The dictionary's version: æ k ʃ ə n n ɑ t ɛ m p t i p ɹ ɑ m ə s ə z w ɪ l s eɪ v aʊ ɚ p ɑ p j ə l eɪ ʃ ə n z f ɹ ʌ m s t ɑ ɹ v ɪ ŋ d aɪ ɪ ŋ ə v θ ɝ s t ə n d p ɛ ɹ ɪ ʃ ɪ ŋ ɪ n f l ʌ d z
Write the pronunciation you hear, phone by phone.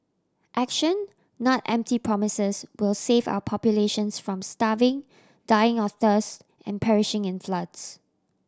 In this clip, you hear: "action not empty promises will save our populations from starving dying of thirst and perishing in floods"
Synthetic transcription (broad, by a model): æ k ʃ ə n n ɑ t ɛ m p t i p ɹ ɑ m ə s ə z w ɪ l s eɪ v aʊ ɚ p ɑ p j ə l eɪ ʃ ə n s f ɹ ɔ m s t ɑ v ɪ ŋ d aɪ ɪ ŋ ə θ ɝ s t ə n p ɛ ɹ ɪ ʃ ɪ ŋ ɪ n f l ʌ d s